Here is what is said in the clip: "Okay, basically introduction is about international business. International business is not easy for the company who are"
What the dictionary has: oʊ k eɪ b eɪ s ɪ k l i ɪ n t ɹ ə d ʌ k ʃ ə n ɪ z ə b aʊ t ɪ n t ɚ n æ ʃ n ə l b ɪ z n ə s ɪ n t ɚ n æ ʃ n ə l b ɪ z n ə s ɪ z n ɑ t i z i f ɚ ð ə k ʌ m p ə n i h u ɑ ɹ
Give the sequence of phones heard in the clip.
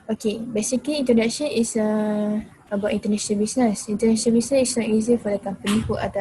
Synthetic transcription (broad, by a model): oʊ k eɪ b eɪ s ɪ k l i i n t ə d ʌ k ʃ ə n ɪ s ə b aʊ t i n t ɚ n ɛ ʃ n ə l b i s n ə s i n t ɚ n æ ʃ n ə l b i s n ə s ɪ s n ɑ t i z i f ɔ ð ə k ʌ m p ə n i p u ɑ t